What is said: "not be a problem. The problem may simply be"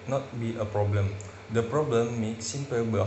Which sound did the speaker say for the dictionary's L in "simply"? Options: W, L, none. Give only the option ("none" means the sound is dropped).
none